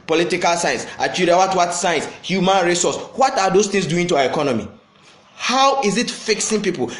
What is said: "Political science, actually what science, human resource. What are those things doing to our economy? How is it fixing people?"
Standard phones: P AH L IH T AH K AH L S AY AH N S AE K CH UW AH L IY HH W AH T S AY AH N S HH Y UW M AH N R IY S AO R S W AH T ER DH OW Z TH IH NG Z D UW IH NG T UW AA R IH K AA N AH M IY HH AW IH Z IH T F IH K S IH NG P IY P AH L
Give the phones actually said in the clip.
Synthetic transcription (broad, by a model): P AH L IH T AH K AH L S AY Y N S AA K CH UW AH W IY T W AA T S AY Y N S HH Y UW M AH N R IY S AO S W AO T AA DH OW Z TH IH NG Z D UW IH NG T UW AA IH K AA N AH M IY HH AW IH Z IH T F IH K S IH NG P IY P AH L